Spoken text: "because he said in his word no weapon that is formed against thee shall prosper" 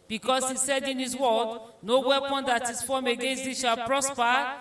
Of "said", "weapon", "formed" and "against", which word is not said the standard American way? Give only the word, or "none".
formed